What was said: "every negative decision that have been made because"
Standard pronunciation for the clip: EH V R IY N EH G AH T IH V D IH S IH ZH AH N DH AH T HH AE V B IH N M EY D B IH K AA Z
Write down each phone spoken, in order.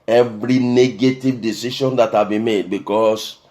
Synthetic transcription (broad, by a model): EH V R IY N EH G AH T IH V D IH S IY SH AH N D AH T HH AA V B IH N M EY D B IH K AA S